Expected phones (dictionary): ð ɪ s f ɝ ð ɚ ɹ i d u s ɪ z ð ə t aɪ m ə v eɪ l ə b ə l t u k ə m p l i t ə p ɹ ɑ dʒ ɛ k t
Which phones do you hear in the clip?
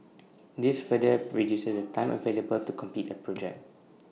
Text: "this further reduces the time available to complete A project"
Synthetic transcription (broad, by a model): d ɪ s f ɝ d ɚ ɹ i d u s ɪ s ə t aɪ m ə v eɪ l ə b ə l t u k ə m p i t ə p ɹ ɑ dʒ ɛ k t